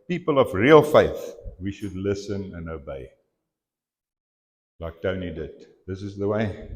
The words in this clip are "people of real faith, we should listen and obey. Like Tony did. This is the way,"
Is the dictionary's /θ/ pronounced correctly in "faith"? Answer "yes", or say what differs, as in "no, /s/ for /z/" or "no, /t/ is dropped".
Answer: yes